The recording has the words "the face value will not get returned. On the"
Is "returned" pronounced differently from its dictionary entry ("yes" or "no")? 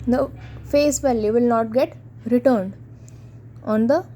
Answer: no